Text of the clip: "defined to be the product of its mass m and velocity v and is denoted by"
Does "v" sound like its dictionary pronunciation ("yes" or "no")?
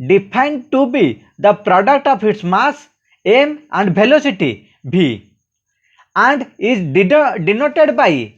no